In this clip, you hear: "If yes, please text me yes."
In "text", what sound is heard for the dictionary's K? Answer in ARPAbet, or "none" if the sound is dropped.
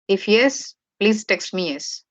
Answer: K